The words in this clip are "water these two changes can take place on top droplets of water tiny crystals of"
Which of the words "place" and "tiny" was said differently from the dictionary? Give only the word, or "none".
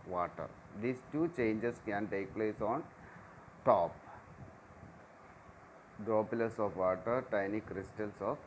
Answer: none